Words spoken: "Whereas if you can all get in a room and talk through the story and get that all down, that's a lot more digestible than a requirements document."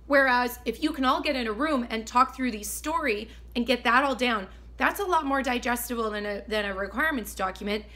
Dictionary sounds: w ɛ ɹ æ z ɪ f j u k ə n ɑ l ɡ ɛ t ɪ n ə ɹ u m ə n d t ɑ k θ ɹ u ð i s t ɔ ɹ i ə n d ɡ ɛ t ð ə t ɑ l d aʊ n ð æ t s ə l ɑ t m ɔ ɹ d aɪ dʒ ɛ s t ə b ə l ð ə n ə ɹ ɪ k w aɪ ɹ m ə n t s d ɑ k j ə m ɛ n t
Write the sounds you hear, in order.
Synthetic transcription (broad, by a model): w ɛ ɹ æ z ɪ f j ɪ k ə n ɑ l ɡ ɛ t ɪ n ə ɹ u m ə n t ɑ k θ ɹ u ð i s t ɔ ɹ i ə n ɡ ɛ t ð ə t ɑ l d aʊ n ð æ t s ə l ɑ t m ɔ ɹ d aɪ dʒ ɛ s t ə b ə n ð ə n ə ɹ ɪ k w aɪ ɹ m ə n t s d ɑ k j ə m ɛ n t